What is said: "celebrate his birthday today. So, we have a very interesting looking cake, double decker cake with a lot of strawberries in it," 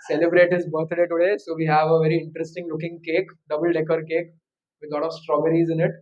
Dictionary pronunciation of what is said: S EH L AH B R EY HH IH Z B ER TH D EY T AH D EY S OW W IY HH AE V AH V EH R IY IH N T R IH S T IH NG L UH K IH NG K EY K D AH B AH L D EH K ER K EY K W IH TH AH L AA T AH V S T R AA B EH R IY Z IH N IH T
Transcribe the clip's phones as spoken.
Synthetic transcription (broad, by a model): S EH L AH B R EY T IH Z B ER T D EY T AH D EY S OW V IY HH AE V AH V EH R IY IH N T R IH S T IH NG L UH K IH NG K EY K D AH B AH L D EH K ER K EY K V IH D L AA T AH V S T R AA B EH R IY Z IH N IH T